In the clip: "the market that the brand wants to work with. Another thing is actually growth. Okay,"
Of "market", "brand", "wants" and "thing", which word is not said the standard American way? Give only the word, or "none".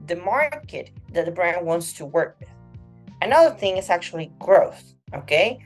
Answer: none